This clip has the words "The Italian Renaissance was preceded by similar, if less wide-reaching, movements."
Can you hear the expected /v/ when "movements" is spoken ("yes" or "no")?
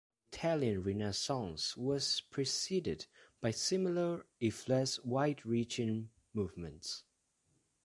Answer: yes